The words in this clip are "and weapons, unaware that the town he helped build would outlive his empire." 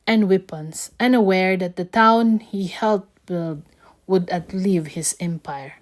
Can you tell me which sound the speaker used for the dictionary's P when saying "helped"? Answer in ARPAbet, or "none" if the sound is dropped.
none